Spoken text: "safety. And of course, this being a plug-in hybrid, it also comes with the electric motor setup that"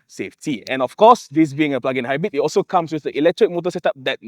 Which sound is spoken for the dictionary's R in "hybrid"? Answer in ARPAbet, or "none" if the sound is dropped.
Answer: none